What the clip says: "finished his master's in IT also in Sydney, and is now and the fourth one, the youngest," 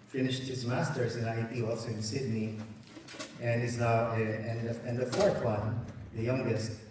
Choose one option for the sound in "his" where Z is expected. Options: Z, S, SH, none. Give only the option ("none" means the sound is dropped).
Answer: Z